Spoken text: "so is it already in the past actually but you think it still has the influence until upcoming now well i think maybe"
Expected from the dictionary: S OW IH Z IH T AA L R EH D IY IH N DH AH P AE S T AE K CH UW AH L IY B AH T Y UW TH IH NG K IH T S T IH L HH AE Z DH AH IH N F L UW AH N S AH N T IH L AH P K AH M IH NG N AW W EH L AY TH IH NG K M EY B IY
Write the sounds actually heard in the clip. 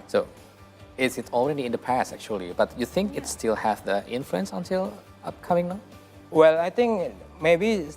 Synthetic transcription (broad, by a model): S OW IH S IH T AA L R EH D IY IH N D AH P AE S T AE K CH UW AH L IY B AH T Y UW TH IH NG K IH T S T IH L HH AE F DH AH IH N F L UW AH N S AH N T IH L AH P K AH M IH NG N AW W EH L AY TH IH NG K M EY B IY